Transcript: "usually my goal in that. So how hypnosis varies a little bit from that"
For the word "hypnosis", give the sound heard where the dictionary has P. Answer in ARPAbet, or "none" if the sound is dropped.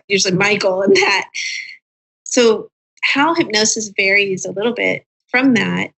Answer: P